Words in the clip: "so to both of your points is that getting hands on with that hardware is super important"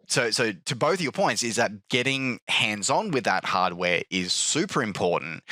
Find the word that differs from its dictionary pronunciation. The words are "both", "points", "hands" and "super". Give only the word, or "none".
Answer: none